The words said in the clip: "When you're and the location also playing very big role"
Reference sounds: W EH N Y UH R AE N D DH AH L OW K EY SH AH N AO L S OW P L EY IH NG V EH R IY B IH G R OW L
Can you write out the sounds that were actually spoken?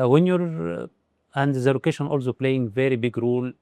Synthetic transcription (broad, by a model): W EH N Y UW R AE N D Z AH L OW K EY SH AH N AO L S OW P L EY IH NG V EH R IY B IH G R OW L